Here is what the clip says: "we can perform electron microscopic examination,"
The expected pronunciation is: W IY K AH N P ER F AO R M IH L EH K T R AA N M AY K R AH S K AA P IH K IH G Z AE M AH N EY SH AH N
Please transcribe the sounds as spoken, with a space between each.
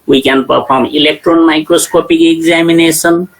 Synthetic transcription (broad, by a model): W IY K AH N P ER P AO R M IH L EH K T R AA N M AY K R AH S K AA P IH K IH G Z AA M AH N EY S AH N